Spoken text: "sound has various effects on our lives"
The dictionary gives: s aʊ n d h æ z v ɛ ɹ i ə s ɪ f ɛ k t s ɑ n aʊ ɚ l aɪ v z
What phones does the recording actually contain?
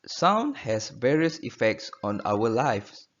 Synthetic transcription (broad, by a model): s aʊ n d h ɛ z v ɛ ɹ i ə s ɪ f ɛ k t s ɑ n aʊ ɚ l aɪ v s